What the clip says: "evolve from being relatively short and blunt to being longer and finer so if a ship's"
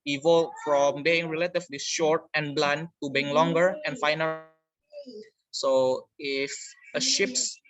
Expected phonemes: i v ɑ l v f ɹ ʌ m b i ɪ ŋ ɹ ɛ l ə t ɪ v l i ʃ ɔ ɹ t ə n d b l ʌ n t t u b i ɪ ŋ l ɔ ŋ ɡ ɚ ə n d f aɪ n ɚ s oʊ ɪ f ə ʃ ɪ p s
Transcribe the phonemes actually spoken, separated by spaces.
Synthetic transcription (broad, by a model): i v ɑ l f ɹ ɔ m b i ɪ ŋ ɹ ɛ l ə t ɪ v l i ʃ ɔ ɹ t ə n b l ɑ n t t u b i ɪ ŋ l ɔ ŋ ɡ ɚ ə n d f aɪ n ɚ s oʊ ɪ f ə ʃ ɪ p s